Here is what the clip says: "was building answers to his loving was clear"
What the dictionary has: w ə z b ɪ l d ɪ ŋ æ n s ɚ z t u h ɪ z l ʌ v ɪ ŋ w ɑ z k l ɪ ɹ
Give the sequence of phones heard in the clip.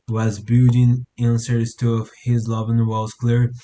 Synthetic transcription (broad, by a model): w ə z b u d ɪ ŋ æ n s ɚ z t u h ɪ z l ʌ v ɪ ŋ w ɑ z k l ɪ ɹ